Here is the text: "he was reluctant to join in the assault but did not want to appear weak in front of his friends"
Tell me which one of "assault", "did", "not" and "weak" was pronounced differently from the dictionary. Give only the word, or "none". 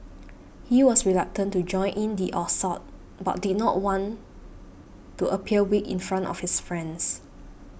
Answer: assault